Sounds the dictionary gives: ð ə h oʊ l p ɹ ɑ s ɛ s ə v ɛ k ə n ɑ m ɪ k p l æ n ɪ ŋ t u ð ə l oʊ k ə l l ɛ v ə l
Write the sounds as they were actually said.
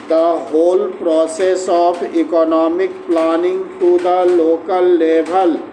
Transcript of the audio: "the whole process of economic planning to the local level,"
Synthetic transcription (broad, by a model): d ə h oʊ l p ɹ ɑ s ɛ s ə p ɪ k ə n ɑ m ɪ k p l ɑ n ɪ ŋ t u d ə l oʊ k ə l l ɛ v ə l